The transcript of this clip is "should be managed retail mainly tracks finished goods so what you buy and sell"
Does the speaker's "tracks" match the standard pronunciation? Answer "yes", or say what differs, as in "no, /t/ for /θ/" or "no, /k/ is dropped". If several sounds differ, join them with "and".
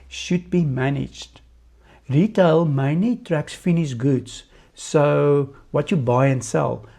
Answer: yes